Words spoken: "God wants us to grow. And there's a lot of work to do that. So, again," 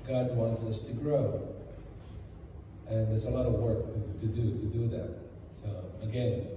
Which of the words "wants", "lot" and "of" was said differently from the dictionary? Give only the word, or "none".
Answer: none